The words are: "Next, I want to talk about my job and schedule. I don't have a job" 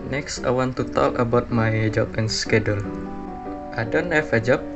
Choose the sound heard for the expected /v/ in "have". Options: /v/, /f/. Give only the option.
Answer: /f/